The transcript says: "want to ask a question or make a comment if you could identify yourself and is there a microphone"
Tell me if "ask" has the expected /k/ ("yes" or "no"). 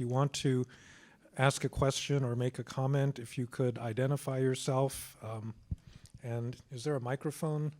yes